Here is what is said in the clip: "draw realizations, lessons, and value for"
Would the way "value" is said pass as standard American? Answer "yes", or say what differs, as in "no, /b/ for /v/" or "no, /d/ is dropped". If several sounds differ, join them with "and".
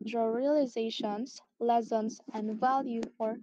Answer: yes